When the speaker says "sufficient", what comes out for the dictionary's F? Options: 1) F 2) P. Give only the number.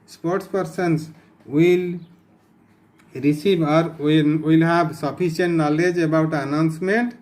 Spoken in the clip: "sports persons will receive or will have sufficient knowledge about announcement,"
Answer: 2